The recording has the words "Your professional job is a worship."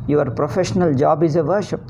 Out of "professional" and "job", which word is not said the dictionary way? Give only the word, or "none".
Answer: none